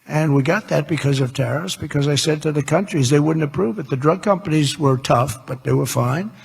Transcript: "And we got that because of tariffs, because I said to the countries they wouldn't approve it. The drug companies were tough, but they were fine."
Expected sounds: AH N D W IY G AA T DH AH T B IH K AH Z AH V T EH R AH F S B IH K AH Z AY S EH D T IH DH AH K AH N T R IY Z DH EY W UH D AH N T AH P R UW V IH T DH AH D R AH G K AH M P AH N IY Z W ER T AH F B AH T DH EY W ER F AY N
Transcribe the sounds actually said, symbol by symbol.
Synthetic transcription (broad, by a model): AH N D W IY G AA T DH AH T B IH K AH Z AH V T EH R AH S B IH K AH Z AY S EH D T IH DH AH K AH N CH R IY Z DH EY W UH D N T AH P R UW V IH T DH AH D R AH G K AH M P AH N IY Z W ER T AH F B AH T DH EY W ER F AY N